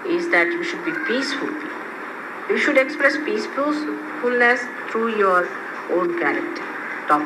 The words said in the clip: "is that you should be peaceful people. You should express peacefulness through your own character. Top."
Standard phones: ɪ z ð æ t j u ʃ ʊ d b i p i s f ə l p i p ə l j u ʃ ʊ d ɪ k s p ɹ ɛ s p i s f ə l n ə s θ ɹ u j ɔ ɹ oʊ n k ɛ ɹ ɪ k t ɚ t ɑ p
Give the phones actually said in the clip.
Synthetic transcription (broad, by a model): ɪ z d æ t j u ʃ ʊ d b i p i s f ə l l j u ʃ ʊ d ɪ k s p ɹ ɛ s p i s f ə l n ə s t ɹ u j ɔ ɹ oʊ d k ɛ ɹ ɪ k t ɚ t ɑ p